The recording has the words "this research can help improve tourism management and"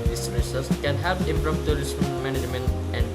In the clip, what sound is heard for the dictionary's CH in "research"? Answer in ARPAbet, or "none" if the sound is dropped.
S